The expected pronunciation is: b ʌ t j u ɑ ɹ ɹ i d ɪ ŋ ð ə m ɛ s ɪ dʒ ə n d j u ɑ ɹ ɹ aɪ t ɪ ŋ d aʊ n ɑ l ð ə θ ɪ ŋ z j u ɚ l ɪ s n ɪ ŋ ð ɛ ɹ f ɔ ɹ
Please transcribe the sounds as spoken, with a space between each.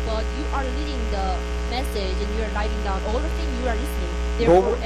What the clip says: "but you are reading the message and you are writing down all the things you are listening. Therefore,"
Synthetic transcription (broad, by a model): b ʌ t j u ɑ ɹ l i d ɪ ŋ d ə m ɛ s ɪ dʒ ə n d j u ɑ ɹ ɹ aɪ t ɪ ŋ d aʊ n ɑ l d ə t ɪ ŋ j u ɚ l ɪ s n ɪ ŋ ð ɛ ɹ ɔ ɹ